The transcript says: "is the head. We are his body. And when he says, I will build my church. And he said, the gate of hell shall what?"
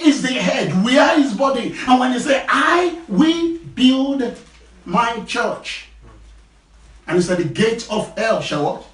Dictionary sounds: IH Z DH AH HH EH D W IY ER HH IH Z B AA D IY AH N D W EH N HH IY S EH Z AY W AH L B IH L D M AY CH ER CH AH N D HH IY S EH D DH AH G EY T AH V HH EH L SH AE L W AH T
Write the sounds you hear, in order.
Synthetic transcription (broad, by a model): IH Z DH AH HH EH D W IY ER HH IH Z B AA D IY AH N W EH N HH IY S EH AY W AH L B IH L D M AY CH ER CH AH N HH IY S EH D DH AH G EY T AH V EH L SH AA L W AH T